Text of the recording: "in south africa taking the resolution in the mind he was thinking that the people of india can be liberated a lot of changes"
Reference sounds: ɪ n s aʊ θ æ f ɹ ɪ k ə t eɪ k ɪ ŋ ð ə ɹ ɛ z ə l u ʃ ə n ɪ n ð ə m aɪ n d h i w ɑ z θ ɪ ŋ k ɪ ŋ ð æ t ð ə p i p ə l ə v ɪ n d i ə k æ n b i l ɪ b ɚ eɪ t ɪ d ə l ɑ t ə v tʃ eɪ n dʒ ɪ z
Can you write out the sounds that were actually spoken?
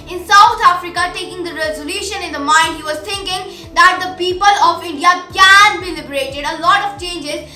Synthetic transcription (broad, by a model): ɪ n s aʊ t æ f ɹ ɪ k ə t eɪ k ɪ ŋ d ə ɹ ɛ z ə l u ʃ ə n ɪ n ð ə m aɪ n d h i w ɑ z t ɪ ŋ k ɪ ŋ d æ t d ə p i p ə l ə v ɪ n d i ə k æ n b i l ɪ b ɚ eɪ t ɪ d ə l ɑ t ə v tʃ eɪ n dʒ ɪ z